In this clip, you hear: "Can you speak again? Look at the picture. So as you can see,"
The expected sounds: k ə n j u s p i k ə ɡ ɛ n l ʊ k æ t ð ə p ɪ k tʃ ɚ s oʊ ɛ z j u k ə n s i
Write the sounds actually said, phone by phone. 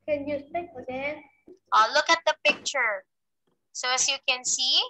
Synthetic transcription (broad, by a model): k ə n j u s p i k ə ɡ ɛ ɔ l ʊ k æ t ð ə p ɪ k tʃ ɚ s oʊ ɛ s j u k ə n s i